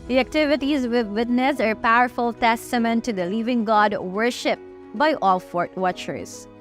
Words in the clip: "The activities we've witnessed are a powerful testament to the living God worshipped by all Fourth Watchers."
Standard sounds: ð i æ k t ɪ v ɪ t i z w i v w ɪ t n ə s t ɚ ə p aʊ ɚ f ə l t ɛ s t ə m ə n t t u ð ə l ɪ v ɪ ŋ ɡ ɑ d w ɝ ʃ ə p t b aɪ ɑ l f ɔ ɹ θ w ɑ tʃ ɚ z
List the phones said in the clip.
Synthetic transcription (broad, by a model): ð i æ k t ɪ v ɪ t i z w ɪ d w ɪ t n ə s ɚ p aʊ ɚ f ə l t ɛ s t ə m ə n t t u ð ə l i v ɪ ŋ ɡ ɑ d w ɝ ʃ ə p b aɪ ɑ l f ɔ ɹ t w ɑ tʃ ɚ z